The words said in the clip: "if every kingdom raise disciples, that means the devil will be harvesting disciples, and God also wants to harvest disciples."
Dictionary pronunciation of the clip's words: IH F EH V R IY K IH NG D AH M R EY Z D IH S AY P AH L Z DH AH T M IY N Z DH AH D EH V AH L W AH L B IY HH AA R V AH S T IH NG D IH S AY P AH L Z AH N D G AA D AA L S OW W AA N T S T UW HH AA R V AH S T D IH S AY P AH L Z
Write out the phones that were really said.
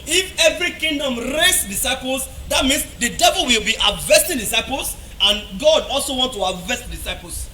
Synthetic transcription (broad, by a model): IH F EH V R IY K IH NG D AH M R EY S D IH S AY P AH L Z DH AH T M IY N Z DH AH D EH V AH L W AH L B IY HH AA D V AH S T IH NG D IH S AY P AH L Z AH N G AA D AA L S OW W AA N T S T UW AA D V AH S T D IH S AY P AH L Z